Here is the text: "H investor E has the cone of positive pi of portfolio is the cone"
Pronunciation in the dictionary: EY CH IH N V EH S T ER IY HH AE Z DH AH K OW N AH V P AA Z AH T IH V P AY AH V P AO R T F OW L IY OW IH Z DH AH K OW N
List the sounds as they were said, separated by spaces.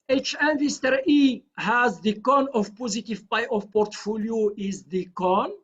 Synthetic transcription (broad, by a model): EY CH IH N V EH S T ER IY HH AE Z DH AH K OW N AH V P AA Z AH T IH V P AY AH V P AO R T F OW L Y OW IH Z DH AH K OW N